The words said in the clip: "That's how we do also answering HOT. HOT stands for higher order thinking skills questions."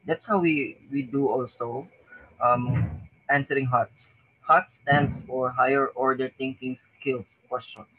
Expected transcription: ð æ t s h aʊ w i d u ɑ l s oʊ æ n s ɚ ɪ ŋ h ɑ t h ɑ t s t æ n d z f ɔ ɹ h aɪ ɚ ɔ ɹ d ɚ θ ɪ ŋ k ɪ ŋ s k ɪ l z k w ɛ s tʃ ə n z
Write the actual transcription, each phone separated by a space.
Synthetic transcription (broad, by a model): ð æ t s h aʊ w i d u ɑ l s oʊ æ n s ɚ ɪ ŋ h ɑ t h ɑ t s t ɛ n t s f ɔ ɹ h aɪ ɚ ɔ ɹ d ɚ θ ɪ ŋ k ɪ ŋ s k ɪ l k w ɛ s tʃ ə n